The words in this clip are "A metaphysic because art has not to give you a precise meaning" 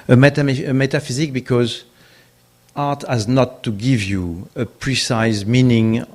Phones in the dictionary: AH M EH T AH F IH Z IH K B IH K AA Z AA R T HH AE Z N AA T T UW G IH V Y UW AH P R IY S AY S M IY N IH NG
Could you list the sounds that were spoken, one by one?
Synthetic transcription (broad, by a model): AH M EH T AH F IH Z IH K B IH K AA Z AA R T HH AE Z N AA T T UW G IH V Y UW AH P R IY S AY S M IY N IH NG